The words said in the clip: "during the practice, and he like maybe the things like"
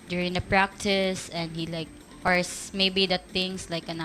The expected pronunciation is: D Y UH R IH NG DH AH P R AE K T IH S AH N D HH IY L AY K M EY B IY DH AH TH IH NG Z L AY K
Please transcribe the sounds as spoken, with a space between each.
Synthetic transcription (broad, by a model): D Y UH R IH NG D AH P R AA K T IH S AH N D HH IY L AY K M EY B IY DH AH T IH NG S L AY K